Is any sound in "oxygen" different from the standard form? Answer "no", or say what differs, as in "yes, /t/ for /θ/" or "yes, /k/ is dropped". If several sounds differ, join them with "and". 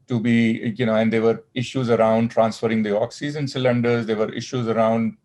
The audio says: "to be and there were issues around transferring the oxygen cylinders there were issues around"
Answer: yes, /z/ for /dʒ/